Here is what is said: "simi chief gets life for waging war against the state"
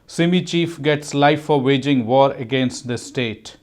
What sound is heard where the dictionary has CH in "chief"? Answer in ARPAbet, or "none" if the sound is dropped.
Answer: CH